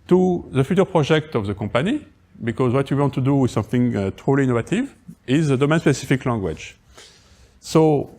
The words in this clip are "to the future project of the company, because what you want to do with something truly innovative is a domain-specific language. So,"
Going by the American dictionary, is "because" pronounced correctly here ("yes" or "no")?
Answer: yes